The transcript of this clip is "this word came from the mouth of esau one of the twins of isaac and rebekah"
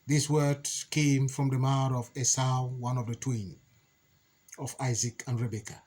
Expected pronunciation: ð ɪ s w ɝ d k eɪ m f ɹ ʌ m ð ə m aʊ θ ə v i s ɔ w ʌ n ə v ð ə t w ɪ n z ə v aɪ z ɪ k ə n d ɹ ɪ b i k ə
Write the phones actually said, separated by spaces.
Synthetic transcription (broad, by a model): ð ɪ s w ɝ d k eɪ m f ɹ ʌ m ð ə m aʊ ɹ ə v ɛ s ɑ w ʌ n ə v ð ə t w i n ə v aɪ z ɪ k ə n d ɹ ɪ b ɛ k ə